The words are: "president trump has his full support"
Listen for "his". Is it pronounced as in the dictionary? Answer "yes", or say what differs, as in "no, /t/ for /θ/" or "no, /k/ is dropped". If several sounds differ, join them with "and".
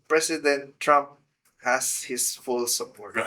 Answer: no, /s/ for /z/